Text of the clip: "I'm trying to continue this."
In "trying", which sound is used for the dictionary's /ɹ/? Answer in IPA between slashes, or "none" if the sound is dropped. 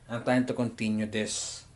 none